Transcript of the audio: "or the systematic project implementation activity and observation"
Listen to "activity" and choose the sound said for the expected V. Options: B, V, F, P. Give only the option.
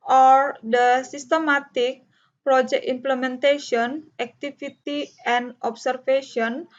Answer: F